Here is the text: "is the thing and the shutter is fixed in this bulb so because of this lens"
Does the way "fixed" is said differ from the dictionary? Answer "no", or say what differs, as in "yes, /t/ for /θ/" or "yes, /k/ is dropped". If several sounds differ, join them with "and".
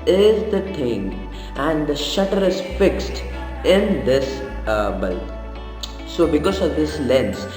no